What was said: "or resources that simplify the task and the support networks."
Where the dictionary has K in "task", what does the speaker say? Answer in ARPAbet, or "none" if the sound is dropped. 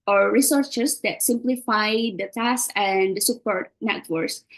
none